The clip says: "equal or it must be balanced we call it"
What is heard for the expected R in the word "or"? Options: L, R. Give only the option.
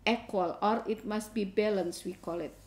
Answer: R